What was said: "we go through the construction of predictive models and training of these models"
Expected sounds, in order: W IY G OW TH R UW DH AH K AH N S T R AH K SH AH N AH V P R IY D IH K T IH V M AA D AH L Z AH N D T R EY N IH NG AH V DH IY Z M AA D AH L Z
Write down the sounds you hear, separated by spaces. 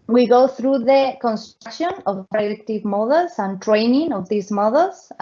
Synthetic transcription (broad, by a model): W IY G OW TH R UW DH AH K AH N S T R K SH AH N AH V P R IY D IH K T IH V M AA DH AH L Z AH N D T R EY N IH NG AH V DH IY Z M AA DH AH L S